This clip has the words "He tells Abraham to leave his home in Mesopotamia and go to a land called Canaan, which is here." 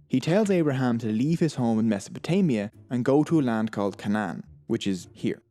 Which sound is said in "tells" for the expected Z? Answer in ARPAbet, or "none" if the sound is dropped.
Z